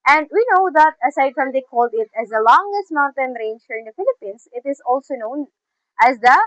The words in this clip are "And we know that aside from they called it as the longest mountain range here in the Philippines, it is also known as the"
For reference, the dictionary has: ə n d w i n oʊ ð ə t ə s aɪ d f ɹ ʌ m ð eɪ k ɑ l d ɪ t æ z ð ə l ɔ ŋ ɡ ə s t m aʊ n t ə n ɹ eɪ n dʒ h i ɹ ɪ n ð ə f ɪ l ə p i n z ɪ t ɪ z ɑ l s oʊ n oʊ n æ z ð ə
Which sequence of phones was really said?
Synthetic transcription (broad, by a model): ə n d w i n oʊ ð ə t ə s aɪ d f ɹ ʌ m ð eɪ k ɑ l d ɪ t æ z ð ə l ɔ ŋ ɡ ə s t m aʊ n t ə n ɹ eɪ n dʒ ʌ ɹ ɪ n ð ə f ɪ l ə p i n s ɪ t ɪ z ɑ l s oʊ n oʊ n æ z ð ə